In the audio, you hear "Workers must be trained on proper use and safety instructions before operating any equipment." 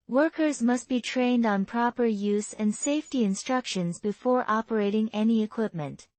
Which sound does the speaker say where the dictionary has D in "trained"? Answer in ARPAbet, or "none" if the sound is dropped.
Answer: D